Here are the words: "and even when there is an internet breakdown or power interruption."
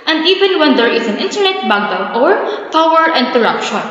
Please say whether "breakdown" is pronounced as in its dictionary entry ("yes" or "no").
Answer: no